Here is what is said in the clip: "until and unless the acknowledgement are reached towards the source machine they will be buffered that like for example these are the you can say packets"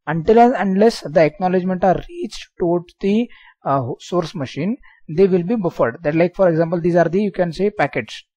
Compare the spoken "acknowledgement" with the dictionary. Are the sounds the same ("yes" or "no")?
yes